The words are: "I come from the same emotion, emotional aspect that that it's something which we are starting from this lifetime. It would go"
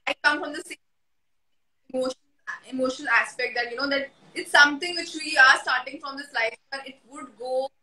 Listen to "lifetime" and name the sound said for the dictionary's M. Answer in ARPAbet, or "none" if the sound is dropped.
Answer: none